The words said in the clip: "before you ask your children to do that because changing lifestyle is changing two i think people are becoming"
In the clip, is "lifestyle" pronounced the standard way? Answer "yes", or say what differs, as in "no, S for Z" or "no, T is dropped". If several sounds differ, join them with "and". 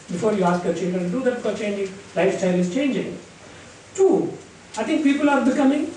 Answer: yes